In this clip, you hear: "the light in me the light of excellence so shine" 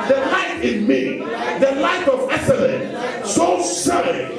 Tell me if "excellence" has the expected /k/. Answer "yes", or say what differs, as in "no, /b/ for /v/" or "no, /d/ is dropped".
no, /k/ is dropped